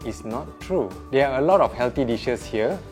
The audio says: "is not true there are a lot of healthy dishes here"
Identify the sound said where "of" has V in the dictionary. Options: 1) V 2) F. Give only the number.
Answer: 2